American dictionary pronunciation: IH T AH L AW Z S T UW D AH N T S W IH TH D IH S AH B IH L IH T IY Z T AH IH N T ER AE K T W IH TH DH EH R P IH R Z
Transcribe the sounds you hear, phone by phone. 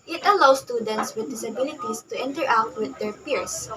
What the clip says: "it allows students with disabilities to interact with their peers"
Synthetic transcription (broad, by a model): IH T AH L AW S T UW D AH N T S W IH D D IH S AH B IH L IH T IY S T AH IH N T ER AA T W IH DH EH R P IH R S